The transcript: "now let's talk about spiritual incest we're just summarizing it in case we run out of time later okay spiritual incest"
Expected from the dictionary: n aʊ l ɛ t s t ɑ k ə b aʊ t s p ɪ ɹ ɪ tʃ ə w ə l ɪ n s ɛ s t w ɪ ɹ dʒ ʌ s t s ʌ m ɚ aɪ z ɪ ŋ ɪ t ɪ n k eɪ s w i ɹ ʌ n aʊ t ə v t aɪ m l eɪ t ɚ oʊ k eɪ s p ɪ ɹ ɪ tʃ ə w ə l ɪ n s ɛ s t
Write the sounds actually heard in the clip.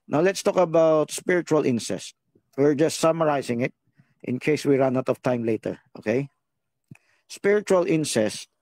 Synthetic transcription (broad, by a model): n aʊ l ɛ t s t ɑ k ə b aʊ t s p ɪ ɹ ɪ tʃ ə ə l ɪ n s ɛ s t w ɪ ɹ dʒ ʌ s t s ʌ m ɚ aɪ s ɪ ŋ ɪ t ɪ n k eɪ s w i ɹ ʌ n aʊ t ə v t aɪ m l eɪ t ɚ oʊ k eɪ s p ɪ ɹ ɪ tʃ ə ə l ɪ n s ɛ s t